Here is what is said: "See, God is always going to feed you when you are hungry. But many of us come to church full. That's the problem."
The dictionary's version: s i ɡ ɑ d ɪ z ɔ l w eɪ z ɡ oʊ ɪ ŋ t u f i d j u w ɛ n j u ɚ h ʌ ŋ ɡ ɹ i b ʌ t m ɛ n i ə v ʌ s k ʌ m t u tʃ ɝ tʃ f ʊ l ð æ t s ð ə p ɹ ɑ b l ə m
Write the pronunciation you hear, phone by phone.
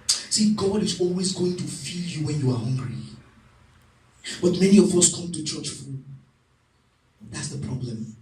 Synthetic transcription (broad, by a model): s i ɡ ɑ d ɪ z ɔ l w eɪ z ɡ oʊ ɪ ŋ t u f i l j u w ɛ n j u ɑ h ʌ ŋ ɡ ɹ i b ʌ t m ɛ n i ə v ʌ s k ʌ m t u tʃ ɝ tʃ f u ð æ t s ð ə p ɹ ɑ b l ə m